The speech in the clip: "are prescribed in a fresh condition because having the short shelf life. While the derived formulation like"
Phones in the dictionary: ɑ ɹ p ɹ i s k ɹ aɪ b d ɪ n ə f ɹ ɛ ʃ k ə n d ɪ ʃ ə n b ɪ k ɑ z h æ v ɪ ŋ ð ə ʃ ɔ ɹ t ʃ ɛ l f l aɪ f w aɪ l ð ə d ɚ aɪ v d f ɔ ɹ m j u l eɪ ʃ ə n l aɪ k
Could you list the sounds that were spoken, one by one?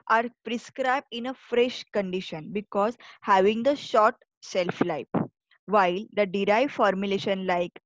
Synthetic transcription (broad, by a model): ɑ ɹ p ɹ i s k ɹ aɪ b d ɪ n ə f ɹ ɛ ʃ k ə n d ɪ ʃ ə n b ɪ k ɑ z h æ v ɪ ŋ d ə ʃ ɔ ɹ t s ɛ l f l aɪ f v aɪ l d ə d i aɪ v f ɔ ɹ m j u l eɪ ʃ ə n l aɪ k